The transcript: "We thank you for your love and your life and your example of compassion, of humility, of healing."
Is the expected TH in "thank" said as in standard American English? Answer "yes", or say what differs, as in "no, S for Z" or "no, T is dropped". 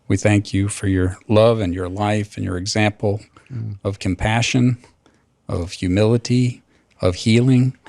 yes